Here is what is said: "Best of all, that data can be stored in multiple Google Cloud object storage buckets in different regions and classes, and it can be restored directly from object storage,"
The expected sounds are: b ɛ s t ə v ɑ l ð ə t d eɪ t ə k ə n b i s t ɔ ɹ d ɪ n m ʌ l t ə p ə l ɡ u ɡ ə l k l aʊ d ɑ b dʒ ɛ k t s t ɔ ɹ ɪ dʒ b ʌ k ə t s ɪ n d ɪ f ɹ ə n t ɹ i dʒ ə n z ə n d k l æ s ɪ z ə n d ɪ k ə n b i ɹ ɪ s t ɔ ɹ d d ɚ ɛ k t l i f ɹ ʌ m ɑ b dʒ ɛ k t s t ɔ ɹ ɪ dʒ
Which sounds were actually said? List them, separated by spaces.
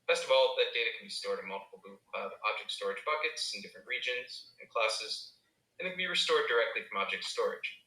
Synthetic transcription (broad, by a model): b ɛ s t ə v ɑ l ð ə t d eɪ t ə k n b i s t ɔ ɹ d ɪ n m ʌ l t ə p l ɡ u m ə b aʊ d ɑ b dʒ ɛ k t s t ɔ ɹ ɪ dʒ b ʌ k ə t s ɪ n d ɪ f ɹ ə n t ɹ i dʒ ə n z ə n k l æ s ɪ z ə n ɪ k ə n b i ɹ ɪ s t ɔ ɹ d d ɚ ɛ k t l i f ɹ ʌ m ɑ b dʒ ɛ k t s t ɔ ɹ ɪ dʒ